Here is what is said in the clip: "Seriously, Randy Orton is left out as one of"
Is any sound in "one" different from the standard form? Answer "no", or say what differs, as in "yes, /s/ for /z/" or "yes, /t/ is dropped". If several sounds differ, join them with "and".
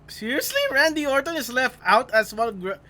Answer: yes, /l/ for /n/